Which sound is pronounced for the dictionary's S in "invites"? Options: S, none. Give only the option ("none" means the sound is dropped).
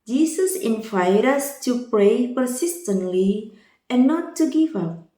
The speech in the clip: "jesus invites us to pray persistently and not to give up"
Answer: none